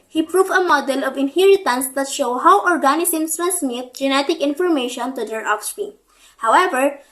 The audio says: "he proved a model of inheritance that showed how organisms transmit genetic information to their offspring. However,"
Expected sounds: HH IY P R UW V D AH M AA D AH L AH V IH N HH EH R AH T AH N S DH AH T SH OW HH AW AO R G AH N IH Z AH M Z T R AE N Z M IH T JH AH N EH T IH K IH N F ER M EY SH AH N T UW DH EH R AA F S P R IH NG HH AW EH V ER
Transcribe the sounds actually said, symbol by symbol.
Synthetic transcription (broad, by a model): HH IY P R UW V AH M AA D AH L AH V IH N HH EH R AH T AH N S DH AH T SH OW HH AW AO R G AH N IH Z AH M S T R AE N S M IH T JH AH N EH T IH K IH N F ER M EY SH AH N T UW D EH R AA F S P IY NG HH AW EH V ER